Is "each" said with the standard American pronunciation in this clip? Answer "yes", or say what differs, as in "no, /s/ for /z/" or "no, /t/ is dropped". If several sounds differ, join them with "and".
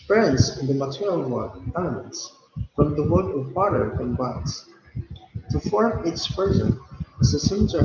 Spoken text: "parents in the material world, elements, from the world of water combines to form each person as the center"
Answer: no, /s/ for /tʃ/